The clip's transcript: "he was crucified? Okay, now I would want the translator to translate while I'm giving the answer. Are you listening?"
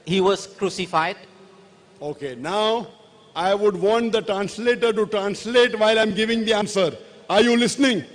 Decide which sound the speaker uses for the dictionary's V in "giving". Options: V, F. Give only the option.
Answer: V